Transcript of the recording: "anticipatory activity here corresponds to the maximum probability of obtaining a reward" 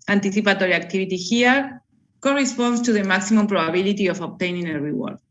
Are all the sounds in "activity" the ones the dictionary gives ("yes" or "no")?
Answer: no